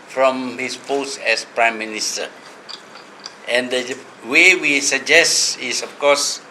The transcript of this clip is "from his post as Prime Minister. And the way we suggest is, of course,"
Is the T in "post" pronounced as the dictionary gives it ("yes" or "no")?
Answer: no